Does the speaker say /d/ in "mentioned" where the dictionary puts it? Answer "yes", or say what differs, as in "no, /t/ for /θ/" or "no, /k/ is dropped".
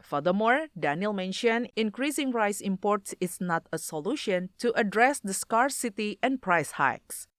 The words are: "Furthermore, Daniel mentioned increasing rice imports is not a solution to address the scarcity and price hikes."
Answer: no, /d/ is dropped